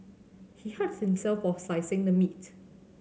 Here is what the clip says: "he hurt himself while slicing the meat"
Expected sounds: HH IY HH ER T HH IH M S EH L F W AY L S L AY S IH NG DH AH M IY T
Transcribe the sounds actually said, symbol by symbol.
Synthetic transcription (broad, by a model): HH IY HH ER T HH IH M S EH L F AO S AY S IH NG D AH M IY T